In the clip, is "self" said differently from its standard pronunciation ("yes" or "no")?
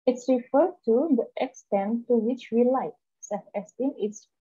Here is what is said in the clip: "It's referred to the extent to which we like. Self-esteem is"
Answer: yes